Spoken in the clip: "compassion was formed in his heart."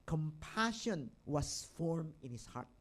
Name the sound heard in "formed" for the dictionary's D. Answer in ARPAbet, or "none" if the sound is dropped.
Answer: none